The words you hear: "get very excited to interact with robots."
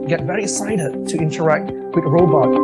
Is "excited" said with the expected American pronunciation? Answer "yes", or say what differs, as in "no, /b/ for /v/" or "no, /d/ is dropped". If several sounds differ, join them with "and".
no, /k/ is dropped